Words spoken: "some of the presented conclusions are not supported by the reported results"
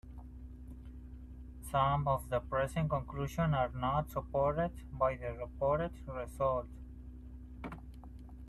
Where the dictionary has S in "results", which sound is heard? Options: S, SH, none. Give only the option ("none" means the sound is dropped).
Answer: none